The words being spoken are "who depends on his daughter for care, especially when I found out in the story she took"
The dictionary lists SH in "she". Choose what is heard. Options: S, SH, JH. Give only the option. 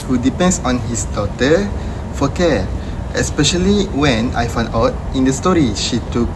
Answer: SH